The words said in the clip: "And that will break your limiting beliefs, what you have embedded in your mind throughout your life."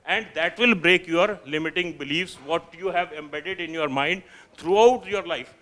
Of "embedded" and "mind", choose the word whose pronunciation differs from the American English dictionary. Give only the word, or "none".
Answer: none